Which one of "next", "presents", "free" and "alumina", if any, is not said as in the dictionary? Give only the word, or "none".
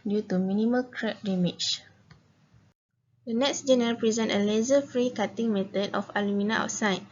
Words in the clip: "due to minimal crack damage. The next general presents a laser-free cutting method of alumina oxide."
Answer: presents